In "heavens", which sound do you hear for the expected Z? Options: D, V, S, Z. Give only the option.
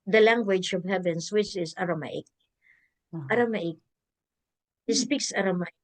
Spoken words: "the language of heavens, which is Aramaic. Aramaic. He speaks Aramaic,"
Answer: S